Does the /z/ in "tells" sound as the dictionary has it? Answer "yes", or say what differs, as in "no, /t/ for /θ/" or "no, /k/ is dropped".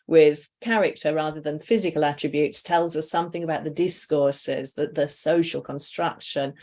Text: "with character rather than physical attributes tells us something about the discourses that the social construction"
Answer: yes